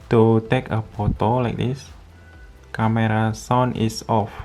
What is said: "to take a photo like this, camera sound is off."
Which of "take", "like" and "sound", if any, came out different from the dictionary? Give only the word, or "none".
sound